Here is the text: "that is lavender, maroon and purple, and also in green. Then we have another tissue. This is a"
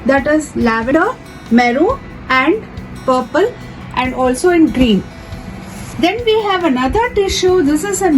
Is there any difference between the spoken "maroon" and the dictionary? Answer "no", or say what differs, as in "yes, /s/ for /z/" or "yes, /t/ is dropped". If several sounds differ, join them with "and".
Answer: yes, /n/ is dropped